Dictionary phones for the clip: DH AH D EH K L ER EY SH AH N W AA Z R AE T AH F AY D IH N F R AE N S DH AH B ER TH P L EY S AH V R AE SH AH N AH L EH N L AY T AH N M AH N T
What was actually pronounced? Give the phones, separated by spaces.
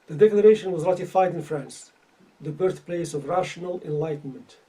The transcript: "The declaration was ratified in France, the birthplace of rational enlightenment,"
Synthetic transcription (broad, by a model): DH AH D EH K L ER EY SH AH N W AA Z R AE T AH F AY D IH N F R AE N S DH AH B ER TH P L EY S AH V R AE SH AH N AH L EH N L AY T N M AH N T